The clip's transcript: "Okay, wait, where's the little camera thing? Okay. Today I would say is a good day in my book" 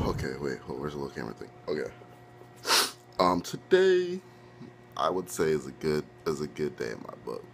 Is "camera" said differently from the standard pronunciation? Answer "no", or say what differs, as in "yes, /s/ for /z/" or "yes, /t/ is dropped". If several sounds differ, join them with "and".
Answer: yes, /m/ is dropped